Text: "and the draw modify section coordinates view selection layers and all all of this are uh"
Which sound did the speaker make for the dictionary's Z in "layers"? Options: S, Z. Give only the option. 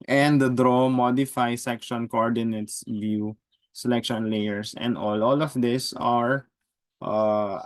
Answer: S